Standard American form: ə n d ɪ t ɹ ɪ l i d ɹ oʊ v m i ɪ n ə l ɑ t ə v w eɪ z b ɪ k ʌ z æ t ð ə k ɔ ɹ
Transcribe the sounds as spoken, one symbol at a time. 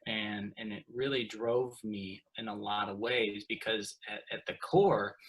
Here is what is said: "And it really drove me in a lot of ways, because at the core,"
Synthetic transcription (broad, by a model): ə n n ɪ t ɹ ɪ l i d ɹ oʊ v m i ɪ n ə l ɑ t ə v w eɪ z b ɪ k ʌ z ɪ t ð ə k ɔ ɹ